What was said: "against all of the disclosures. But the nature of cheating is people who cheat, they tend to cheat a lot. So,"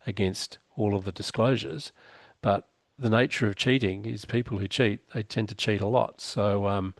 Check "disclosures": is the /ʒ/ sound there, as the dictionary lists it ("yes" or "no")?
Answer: yes